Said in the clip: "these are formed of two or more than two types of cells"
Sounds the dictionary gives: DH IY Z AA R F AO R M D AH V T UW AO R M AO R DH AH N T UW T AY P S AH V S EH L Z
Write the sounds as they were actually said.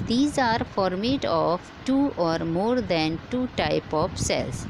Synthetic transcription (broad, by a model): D IY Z AA R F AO R M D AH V T UW AO R M AO R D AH N T UW T AY P AH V S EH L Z